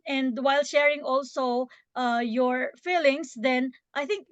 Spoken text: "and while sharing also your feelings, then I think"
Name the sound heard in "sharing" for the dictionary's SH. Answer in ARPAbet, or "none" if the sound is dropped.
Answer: SH